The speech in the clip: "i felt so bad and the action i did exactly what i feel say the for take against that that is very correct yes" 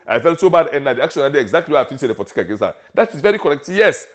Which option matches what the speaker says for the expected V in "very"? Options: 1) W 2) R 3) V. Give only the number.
3